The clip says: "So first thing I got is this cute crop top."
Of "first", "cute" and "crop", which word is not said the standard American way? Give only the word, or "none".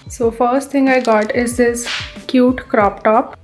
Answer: none